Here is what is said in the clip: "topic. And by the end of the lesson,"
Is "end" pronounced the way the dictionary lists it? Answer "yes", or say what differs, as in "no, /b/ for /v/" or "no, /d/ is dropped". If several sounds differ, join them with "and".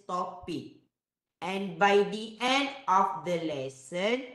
yes